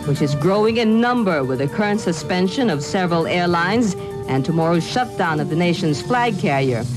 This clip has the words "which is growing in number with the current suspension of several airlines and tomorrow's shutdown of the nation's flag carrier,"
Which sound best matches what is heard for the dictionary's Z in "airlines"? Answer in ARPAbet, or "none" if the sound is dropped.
Z